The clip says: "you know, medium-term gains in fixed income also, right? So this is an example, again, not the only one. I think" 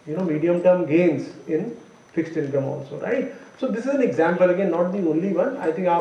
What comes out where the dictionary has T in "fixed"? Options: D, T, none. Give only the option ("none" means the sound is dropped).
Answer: T